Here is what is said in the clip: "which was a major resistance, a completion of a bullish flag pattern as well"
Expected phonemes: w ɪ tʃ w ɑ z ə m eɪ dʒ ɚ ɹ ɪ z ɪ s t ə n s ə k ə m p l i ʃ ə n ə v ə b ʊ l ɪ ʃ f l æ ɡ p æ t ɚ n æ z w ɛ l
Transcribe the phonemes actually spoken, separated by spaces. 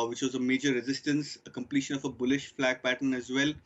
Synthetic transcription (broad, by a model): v ɪ tʃ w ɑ z ə m eɪ dʒ ɚ ɹ ɪ z ɪ s t ə n s ə k ə m p l i ʃ ə n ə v ə b ʊ l ɪ ʃ f l æ ɡ p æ t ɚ n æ z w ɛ l